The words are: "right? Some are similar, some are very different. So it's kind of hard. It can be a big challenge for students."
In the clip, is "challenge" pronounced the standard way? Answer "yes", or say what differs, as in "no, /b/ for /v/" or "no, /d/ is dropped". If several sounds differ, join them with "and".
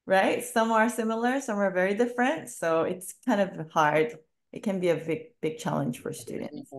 no, /ʒ/ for /dʒ/